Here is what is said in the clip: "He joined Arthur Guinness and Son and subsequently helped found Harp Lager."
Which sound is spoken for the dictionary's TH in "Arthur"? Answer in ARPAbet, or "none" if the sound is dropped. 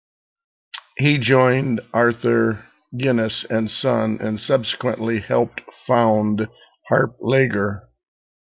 TH